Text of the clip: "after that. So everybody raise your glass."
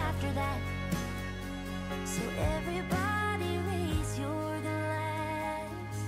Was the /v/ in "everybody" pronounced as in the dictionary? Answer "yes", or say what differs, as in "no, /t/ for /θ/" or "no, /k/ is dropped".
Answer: yes